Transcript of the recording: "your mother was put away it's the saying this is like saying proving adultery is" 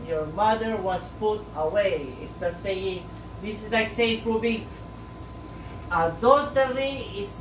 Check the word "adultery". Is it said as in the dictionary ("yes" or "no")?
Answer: no